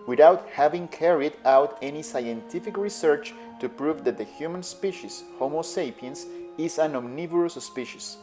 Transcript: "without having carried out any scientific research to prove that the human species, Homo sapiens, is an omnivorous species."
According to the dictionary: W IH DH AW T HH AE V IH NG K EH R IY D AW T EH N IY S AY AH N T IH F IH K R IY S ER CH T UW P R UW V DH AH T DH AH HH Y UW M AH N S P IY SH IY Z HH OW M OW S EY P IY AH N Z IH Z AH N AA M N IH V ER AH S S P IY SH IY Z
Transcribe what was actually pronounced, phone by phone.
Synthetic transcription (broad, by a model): W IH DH AW T HH AE V IH NG K EH R IY D AW T EH N IY S AY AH N T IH F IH K R IY S ER CH T UW P R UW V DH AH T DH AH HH Y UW M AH N S P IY SH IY S HH OW M OW S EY P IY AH N S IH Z AH N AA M N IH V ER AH S S P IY SH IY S